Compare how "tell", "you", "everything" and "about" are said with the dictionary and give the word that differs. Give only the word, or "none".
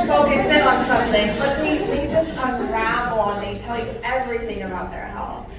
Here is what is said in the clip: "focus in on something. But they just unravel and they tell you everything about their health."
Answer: none